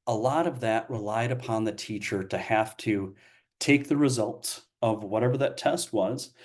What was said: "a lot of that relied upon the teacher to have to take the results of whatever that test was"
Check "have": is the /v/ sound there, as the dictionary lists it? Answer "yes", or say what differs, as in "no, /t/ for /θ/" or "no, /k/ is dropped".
no, /f/ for /v/